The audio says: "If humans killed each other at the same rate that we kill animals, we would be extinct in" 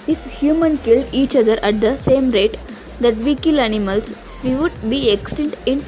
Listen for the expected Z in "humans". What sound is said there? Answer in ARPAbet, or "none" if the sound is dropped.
none